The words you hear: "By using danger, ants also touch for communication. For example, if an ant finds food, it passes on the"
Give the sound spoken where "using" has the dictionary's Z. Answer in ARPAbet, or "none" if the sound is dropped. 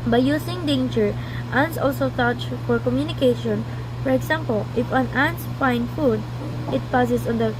S